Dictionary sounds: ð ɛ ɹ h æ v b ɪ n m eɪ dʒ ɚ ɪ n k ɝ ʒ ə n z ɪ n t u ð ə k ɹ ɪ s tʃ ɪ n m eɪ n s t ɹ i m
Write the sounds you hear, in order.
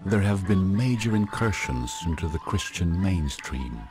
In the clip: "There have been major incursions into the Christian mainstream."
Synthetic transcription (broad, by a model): ð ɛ ɹ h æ v b ɪ n m eɪ dʒ ɚ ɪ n k ɝ ʃ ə n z ɪ n t u ð ə k ɹ ɪ s tʃ ɪ n m eɪ n s t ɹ i m